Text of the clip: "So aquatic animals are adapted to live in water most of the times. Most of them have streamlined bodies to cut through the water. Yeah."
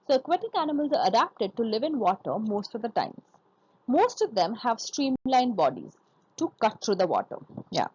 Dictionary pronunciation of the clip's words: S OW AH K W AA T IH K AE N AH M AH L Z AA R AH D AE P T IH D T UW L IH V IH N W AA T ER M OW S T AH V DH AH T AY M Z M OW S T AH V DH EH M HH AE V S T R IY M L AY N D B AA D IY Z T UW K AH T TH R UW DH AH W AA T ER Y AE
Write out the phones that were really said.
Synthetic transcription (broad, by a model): S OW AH K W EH T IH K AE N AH M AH L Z AA R AH D AE P T IH D T UW L IH V IH N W AA T ER M OW S T AH V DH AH T AY M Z M OW S T AH V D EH M HH AE V S T R IY M L AY N B AA D IY Z T UW K AH T T R UW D AH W AA T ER Y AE